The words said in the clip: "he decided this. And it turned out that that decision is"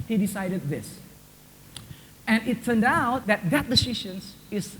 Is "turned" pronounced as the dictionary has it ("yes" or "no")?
yes